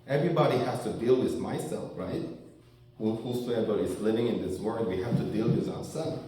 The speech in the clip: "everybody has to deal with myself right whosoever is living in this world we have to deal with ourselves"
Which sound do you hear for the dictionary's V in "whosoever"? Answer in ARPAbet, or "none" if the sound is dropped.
B